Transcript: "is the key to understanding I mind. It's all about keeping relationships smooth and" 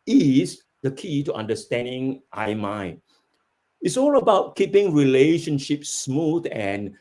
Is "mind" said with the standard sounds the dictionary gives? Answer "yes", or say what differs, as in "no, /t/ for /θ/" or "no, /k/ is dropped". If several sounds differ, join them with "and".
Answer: no, /d/ is dropped